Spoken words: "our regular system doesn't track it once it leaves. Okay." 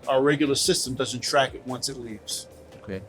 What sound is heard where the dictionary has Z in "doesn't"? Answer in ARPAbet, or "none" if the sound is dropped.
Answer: Z